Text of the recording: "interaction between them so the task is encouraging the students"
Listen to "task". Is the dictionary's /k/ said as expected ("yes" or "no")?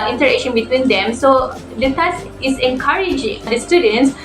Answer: no